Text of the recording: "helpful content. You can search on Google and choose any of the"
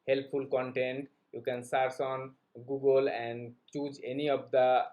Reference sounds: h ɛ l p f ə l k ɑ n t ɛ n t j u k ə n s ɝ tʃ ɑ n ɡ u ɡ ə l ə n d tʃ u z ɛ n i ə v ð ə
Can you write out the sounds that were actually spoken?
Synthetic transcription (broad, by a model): h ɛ l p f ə l k ɑ n t ɛ n t j u k ə n s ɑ s ɑ n ɡ u ɡ ə l ə n d tʃ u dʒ ɛ n i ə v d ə